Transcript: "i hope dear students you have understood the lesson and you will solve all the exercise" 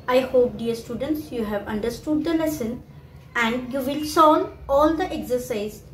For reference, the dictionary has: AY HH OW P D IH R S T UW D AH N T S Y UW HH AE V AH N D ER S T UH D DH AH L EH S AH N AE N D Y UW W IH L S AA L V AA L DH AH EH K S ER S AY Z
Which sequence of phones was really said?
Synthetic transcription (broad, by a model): AY HH OW P D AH R S T UW D AH N T S Y UW HH AE V AH N D ER S T UH D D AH L EH S AH N AE N D Y UW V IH L S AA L AA L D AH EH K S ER S AY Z